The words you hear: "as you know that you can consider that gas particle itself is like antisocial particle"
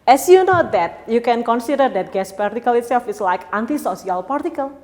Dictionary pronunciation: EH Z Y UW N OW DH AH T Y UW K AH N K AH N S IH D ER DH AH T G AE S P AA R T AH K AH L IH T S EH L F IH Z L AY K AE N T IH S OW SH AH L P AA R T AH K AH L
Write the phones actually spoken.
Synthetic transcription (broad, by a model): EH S Y UW N OW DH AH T Y UW K AH N K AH N S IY D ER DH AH T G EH S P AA R T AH K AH L IH T S EH L F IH S L AY K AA N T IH S OW S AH L P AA R T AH K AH L